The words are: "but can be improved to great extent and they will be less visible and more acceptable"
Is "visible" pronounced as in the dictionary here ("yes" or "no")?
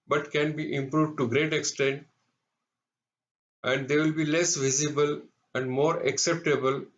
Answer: yes